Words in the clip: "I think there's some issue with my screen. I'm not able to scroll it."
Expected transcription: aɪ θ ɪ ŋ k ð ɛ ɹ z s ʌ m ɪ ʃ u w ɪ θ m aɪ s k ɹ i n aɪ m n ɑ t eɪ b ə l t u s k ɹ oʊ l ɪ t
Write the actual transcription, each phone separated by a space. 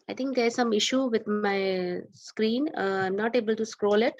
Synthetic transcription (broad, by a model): aɪ t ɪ ŋ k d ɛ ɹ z s ʌ m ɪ ʃ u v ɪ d m aɪ s k ɹ i n aɪ m n ɑ t eɪ b ə l t u s k ɹ oʊ l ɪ t